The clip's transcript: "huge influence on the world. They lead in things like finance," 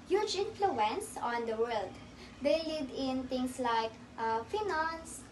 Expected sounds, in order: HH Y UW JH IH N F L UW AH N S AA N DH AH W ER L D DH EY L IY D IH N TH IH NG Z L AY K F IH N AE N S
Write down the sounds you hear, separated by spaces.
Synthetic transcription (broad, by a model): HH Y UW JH IH N F L UW AH N S AA N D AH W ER L D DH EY L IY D IH N T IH NG S L AY K F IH N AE N S